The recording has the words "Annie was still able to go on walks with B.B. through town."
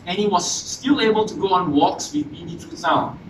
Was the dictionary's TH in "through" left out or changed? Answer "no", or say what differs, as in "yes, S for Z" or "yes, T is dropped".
yes, T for TH